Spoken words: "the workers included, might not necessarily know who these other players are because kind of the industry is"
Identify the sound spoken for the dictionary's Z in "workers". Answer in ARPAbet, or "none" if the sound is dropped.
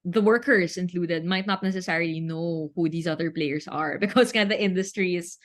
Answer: S